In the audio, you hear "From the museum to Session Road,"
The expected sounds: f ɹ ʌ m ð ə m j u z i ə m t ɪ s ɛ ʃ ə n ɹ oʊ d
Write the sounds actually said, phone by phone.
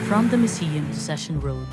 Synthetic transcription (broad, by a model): f ɹ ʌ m ð ə m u s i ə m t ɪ s ɛ ʃ ə n ɹ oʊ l